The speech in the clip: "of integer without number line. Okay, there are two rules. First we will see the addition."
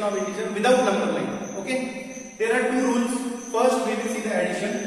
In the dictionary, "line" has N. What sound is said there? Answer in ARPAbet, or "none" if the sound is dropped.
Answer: none